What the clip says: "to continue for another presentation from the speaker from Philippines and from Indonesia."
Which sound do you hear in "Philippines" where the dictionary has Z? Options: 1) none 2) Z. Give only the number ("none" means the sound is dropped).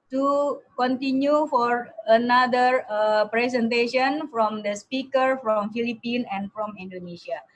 1